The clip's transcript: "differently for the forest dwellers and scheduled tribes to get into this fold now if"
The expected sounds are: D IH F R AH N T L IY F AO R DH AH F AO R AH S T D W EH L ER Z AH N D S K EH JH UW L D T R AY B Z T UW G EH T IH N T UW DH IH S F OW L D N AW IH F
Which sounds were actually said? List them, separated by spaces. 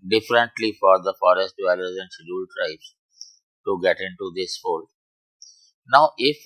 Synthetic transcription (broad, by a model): D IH F R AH N T L IY F AO R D AH F AO R AH S T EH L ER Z AH N D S EH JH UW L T R AY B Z T UW G EH T IH N T UW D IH S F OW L N AW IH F